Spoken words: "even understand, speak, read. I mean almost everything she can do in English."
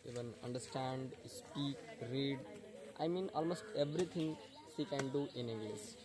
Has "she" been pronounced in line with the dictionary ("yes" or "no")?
no